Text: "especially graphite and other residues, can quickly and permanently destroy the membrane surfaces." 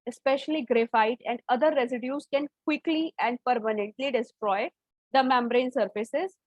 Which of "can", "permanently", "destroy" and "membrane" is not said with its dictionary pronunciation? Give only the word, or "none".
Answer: none